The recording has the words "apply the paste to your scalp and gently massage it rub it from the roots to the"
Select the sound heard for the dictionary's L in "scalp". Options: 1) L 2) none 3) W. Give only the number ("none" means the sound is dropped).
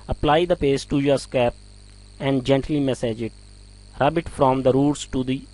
2